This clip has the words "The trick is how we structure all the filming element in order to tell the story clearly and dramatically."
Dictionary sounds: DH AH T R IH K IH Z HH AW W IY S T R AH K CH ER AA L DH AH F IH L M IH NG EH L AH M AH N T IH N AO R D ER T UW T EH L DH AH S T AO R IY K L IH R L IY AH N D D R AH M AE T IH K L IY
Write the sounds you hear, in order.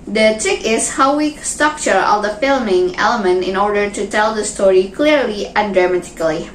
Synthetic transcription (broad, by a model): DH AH T R IH K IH S HH AW W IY S T R AH K CH ER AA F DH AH F IH L M IH NG EH L AH M AH N T IH N AO R D ER T UW T EH L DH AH S T AO R IY K L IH R L IY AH N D D R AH M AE T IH K L IY